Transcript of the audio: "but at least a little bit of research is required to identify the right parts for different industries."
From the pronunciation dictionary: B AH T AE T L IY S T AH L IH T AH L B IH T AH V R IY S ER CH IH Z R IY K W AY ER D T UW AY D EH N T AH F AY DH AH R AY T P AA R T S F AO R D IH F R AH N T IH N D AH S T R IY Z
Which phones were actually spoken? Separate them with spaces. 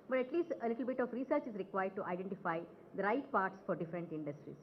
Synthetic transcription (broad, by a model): B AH T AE T L IY S T AH L IH T AH L B IH T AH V R IY S ER CH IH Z R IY K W AY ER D T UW AY D EH N T AH F AY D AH R AY T P AA R T S F AO R D IH F R AH N T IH N D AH S T R IY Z